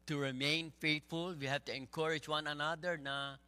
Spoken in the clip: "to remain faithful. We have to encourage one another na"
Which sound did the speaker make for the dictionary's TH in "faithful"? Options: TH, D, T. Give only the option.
T